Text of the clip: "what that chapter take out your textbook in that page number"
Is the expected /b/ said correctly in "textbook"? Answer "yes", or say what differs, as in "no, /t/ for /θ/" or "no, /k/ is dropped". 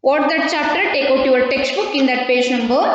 yes